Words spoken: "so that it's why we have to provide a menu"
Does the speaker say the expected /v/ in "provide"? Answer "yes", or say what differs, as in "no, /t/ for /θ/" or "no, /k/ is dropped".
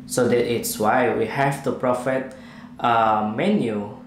no, /f/ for /v/